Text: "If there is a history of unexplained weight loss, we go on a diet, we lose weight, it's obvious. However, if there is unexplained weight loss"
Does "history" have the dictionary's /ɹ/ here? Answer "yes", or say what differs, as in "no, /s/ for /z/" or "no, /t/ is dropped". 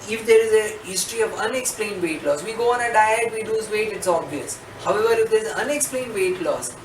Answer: yes